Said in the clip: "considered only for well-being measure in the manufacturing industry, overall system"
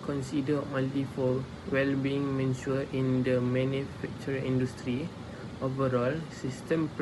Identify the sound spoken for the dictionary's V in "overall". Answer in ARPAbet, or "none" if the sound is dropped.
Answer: V